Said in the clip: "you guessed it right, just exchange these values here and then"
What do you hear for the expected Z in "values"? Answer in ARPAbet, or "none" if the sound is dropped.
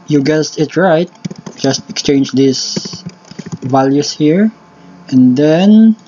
S